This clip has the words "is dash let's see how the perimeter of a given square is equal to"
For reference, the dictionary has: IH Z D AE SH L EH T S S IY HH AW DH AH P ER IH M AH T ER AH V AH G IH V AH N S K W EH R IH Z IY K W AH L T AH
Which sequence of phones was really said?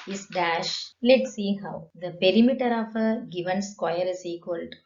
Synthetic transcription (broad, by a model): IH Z D AE SH L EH T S S IY HH AW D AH P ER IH M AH T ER AH V AH G IH V AH N S K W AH R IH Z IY K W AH L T